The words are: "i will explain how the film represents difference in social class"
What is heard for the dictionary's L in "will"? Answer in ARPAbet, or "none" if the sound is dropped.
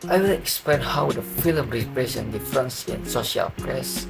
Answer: N